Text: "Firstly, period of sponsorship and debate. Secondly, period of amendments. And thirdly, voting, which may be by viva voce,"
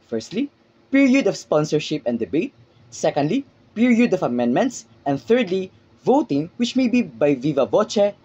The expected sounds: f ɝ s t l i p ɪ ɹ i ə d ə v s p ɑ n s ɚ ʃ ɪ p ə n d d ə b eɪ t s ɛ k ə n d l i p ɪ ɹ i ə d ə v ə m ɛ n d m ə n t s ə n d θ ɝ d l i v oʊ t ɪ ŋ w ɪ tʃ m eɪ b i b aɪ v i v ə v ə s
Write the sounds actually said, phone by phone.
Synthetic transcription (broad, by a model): f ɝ s t l i p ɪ ɹ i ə d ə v s p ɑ n s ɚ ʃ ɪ p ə n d d ə b eɪ t s ɛ k ə n d l i p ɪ ɹ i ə d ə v ə m ɛ n d m ə n t s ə n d θ ɝ d l i v oʊ t ɪ ŋ w ɪ tʃ m eɪ b i b aɪ v i v ə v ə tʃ